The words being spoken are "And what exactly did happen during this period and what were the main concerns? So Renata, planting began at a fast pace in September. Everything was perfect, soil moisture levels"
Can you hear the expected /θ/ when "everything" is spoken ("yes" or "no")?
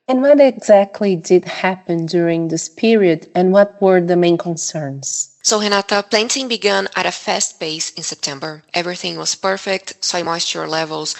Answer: yes